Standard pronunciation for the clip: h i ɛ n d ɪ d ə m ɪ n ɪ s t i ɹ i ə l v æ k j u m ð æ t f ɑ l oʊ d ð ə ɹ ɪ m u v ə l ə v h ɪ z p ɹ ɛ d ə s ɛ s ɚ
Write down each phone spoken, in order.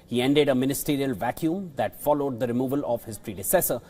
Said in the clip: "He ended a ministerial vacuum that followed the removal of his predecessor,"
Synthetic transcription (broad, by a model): h i ɛ n d ɪ d ə m ɪ n ɪ s t i ɹ i ə l v æ k j u m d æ t f ɑ l oʊ d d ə ɹ ɪ m u v ə l ə v h ɪ z p ɹ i d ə s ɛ s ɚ